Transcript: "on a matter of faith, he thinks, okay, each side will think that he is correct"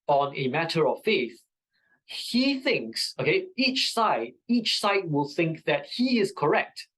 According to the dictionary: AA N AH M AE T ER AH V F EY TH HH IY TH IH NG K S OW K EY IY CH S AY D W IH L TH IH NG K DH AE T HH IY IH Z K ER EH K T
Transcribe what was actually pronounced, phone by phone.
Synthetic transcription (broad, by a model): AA N AH M AE T ER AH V F EY TH HH IY TH IH NG K S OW K EY IY CH S AY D W IH L TH IH NG K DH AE T HH IY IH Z K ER EH K T